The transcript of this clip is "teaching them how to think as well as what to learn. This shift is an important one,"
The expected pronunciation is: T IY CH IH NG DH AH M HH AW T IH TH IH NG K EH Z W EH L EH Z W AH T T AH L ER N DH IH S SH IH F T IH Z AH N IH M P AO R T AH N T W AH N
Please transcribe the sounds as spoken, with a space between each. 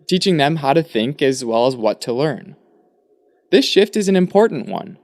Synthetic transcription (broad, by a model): T IY CH IH NG DH AH M HH AW T IH TH IH NG K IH Z W EH L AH Z W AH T T AH L ER N DH IH S SH IH F T IH Z N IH M P AO R T N T W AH N